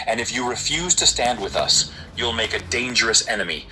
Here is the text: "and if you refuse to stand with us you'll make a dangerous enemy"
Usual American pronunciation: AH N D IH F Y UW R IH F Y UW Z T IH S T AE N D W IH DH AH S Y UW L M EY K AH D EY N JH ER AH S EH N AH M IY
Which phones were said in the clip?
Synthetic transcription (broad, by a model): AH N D IH F Y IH R IH F Y UW Z T IH S T AE N D W IH DH AH S Y UW L M EY K AH D EY N JH ER AH S EH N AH M IY